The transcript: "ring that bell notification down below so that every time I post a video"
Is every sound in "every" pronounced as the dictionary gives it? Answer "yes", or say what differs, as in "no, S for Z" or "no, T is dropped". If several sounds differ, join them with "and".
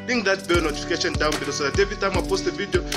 no, R is dropped